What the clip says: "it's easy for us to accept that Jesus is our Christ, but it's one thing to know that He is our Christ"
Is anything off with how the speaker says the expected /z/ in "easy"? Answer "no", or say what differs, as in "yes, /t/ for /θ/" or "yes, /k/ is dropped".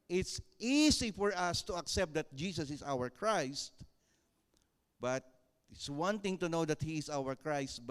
yes, /s/ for /z/